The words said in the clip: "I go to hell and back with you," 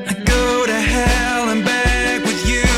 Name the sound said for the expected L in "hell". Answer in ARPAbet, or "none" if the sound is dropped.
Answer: L